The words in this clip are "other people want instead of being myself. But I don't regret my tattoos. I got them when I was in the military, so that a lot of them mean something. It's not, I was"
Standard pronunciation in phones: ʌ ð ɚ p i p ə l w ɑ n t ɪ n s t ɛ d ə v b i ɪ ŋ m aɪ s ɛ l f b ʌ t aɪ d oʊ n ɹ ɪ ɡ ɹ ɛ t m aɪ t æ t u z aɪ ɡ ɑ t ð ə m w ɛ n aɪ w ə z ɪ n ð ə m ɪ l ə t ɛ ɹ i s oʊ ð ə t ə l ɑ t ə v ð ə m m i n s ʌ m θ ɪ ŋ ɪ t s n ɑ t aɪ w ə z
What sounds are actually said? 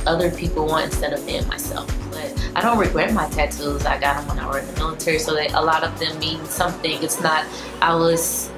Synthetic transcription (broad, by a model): ʌ ð ɚ p i p l w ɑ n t ɪ n s t ɛ d ə v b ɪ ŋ m aɪ s ɛ l f b ʌ t aɪ d oʊ n ɹ ɪ ɡ ɹ ɛ t m aɪ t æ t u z aɪ ɡ ɑ t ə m w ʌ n aɪ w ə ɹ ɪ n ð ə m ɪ l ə t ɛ ɹ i s oʊ ð ə t ə l ɑ t ə v ð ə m m i n s ʌ m θ ɪ ŋ ɪ t s n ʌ t aɪ w ə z